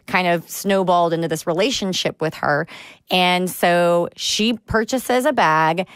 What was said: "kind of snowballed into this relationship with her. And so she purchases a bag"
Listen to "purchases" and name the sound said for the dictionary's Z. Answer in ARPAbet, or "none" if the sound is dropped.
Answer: Z